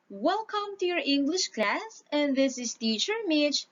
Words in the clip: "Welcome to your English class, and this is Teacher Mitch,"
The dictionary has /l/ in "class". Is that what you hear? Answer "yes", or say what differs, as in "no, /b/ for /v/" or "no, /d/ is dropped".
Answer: yes